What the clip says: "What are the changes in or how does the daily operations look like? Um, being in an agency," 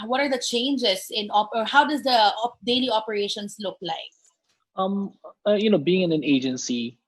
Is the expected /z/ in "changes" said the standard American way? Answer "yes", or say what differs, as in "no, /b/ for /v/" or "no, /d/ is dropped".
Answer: no, /s/ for /z/